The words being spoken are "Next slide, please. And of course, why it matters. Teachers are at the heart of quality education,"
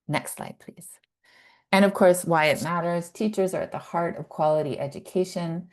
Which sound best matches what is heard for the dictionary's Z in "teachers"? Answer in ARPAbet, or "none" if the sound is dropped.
Z